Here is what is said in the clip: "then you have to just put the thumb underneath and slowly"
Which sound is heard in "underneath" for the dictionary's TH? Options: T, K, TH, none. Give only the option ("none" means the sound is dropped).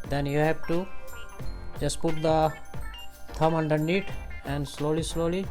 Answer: T